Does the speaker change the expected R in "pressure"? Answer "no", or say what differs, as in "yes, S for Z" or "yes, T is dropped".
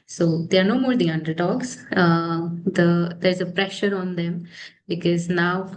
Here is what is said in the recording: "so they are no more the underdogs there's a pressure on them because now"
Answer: no